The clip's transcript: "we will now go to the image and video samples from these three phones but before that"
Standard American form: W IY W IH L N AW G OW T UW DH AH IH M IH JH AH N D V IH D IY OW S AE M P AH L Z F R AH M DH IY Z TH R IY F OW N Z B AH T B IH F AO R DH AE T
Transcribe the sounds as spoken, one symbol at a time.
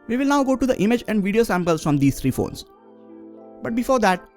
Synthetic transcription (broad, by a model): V IY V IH L N AW G OW T UW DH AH IH M IH JH AH N D V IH D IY OW S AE M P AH L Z F R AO M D IY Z T R IY F OW N S B AH T B IH F AO R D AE T